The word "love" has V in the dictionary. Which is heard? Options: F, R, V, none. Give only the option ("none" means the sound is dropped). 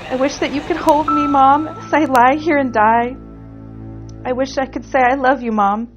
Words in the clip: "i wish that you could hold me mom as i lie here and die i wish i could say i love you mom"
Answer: V